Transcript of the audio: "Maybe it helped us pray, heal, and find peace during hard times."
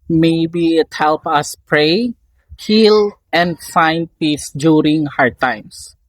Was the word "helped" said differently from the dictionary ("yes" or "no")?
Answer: yes